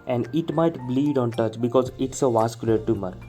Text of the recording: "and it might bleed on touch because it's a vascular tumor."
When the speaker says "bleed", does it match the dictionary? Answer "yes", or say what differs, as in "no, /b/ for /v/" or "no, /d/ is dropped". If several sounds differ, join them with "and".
yes